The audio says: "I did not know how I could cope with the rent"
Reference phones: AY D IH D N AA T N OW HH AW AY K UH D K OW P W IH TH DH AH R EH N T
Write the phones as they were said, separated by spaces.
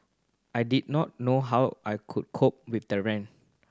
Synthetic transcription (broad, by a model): AY D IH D N AA T N OW HH AW AY K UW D K OW P W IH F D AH R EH N